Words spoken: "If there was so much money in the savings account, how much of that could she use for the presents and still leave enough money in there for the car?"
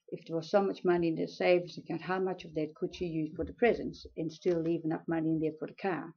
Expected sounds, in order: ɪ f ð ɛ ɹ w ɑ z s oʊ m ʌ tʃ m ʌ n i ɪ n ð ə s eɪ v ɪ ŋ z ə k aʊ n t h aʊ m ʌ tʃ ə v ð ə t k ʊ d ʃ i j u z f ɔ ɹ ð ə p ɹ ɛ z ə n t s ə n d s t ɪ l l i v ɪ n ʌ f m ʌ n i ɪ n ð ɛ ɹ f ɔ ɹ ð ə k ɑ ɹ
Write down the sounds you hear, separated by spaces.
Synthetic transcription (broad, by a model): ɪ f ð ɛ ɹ w ɑ z s oʊ m ʌ tʃ m ʌ n i ɪ n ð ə s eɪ ɪ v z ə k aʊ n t h aʊ m ʌ tʃ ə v ð ə t k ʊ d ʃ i j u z f ɔ ɹ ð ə p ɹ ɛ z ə n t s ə n s t ɪ l l i v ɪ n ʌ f m ʌ n i ɪ n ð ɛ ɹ f ɔ ɹ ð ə k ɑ ɹ